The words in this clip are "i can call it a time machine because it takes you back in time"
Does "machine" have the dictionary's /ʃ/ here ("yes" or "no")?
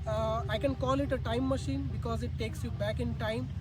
yes